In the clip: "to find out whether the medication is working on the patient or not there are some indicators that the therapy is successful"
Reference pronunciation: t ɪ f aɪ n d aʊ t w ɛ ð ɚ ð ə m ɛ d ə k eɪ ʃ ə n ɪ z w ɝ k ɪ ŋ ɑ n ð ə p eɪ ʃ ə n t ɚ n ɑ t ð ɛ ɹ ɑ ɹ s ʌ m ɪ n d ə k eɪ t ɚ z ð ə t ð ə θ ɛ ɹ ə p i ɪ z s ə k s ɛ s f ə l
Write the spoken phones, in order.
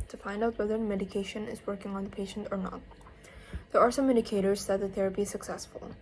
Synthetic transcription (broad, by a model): t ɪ f aɪ n d aʊ t w ɛ ð ɚ m ɛ d ə k eɪ ʃ ə n ɪ z w ɝ k ɪ ŋ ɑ n ð ə p eɪ ʃ ə n t ɚ n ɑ t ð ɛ ɹ ɑ ɹ s ʌ m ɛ d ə k eɪ t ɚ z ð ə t ð ə θ ɛ ɹ ə p i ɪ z s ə k s ɛ s f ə l